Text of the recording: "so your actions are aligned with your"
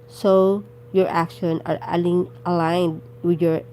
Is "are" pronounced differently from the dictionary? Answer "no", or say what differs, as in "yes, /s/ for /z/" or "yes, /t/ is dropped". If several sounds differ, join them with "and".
yes, /l/ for /ɹ/